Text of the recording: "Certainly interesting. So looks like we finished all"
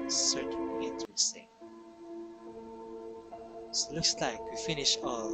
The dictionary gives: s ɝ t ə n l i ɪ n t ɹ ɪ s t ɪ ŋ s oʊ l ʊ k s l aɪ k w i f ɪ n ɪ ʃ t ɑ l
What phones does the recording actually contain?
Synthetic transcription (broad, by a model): s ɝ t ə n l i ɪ n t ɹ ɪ s t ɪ ŋ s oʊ l ʊ k s l aɪ k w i f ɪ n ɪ ʃ ɑ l